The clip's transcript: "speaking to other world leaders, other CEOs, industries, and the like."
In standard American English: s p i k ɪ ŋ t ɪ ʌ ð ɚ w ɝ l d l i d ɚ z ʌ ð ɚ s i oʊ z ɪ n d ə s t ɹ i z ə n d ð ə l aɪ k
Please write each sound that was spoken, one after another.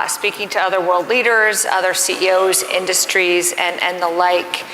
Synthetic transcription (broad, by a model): s p i k ɪ ŋ t ɪ ʌ ð ɚ w ɝ l d l i d ɚ z ʌ ð ɚ s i oʊ z ɪ n d ə s t ɹ i z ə n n ð ə l aɪ k